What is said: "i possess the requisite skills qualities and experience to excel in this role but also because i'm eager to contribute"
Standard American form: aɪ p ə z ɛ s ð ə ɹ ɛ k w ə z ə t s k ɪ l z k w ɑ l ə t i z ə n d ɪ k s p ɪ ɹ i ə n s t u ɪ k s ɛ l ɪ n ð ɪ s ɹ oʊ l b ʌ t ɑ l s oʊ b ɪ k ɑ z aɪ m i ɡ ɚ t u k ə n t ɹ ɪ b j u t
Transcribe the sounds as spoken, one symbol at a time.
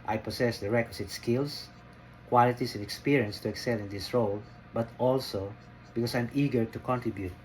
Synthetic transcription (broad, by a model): aɪ p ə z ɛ s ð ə ɹ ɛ k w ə s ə t s k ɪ l s k w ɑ l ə t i s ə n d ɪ k s p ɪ ɹ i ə n s t u ɪ k s ɛ l ɪ n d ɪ s ɹ oʊ l b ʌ t ɑ l s oʊ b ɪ k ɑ s aɪ m i ɡ ɚ t u k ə n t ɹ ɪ b j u t